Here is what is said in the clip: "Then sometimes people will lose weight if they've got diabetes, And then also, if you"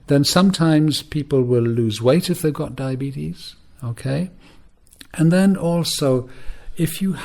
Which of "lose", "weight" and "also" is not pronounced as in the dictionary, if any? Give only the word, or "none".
none